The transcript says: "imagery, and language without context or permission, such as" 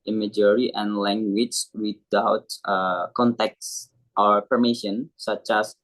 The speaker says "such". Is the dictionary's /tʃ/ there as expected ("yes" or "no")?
yes